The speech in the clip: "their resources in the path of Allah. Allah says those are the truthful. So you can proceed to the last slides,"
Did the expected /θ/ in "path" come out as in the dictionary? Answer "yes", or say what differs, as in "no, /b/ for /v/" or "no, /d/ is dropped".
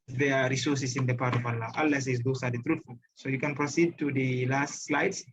no, /t/ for /θ/